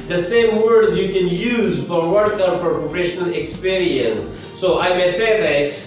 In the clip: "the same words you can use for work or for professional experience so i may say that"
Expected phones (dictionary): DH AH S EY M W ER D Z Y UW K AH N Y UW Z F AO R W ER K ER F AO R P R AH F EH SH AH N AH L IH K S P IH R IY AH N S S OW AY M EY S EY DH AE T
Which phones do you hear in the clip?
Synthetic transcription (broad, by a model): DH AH S EY M W ER D Z Y UW K AH N Y UW Z F AO R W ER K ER F AO R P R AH P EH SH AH N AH L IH K S P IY R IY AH N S S OW AY M EY S EY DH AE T